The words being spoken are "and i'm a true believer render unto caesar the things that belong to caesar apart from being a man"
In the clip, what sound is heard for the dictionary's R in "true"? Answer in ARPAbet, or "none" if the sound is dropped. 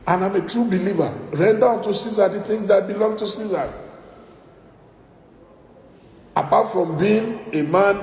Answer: R